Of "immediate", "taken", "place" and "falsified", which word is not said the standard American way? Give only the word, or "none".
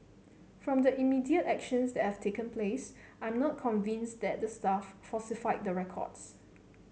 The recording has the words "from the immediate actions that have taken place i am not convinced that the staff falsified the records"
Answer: falsified